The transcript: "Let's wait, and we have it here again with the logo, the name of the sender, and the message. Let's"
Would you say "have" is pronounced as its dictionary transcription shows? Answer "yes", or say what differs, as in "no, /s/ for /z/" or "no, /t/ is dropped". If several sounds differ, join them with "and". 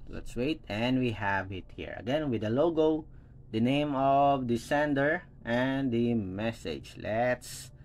yes